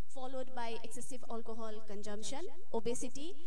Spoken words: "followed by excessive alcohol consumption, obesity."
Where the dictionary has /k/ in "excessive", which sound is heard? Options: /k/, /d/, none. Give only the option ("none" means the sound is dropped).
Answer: /k/